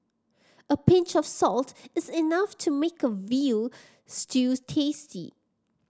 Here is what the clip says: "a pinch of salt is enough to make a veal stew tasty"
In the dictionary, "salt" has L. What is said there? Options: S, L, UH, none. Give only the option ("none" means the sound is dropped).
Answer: L